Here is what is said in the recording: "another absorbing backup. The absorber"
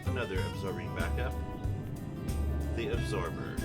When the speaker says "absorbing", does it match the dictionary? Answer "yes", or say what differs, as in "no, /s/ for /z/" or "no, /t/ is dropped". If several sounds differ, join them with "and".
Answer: yes